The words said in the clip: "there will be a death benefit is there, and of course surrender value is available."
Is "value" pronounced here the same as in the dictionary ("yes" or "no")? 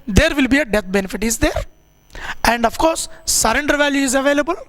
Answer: yes